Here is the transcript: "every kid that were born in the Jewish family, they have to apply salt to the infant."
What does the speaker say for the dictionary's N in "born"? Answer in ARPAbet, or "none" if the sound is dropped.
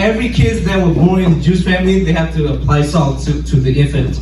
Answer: none